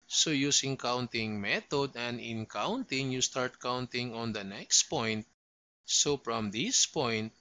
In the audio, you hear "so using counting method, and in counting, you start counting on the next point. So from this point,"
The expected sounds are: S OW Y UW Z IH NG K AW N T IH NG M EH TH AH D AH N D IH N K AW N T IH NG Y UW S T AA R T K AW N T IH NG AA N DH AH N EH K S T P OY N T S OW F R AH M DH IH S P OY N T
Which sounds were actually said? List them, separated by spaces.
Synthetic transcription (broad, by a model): S OW Y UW S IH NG K AW N T IH NG M EH T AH D AH N D IH N K AW N T IH NG Y UW S T AA R T K AW N T IH NG AA N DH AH N EH K S T P OY N T S OW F R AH M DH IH S P OY N T